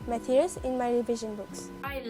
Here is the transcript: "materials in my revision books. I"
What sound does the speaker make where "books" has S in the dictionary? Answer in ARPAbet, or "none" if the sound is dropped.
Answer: S